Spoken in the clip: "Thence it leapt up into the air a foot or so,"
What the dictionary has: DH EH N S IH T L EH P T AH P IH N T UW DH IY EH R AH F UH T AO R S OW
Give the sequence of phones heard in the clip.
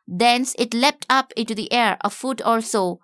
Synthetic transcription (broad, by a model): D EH N S IH T L EH P T AH P IH N T UW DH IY EH R AH F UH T AO L S OW